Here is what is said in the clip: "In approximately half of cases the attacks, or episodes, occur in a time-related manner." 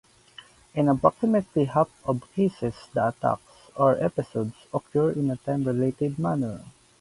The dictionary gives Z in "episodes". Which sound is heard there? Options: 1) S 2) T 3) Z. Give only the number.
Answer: 1